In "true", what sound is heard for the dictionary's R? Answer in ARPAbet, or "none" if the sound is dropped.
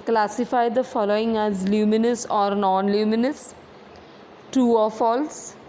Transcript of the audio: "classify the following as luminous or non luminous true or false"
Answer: none